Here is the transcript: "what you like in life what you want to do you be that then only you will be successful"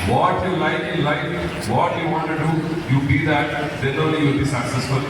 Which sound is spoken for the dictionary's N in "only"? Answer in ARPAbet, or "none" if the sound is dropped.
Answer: none